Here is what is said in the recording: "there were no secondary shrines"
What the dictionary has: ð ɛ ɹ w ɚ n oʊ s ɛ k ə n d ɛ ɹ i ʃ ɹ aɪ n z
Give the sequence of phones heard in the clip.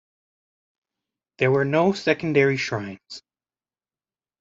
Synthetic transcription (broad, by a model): ð ɛ ɹ w ɚ n oʊ s ɛ k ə n d ɛ ɹ i ʃ ɹ aɪ n z